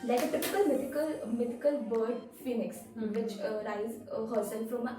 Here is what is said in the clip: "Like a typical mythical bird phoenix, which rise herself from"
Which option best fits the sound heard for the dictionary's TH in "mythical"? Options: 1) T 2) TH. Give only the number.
1